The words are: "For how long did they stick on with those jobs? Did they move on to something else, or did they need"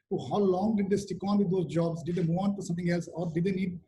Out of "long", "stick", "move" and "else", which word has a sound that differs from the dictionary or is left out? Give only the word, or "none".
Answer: move